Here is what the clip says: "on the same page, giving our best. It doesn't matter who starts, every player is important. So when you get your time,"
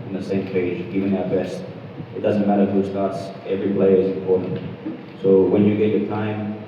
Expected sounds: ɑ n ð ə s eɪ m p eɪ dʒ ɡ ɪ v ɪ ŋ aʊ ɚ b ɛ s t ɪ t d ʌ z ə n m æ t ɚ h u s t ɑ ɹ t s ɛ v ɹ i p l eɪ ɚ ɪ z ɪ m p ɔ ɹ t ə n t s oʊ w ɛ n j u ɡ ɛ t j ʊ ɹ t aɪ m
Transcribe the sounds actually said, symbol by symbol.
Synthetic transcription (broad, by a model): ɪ n ð ə s eɪ m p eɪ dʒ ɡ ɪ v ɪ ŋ aʊ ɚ b ɛ s t ɪ t d ʌ z ə n m æ t ɚ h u s t ɑ ɹ t s ɛ v ɹ i p l eɪ ɚ ɪ z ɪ m p ɔ ɹ t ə n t s oʊ w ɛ n j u ɡ ɛ t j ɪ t aɪ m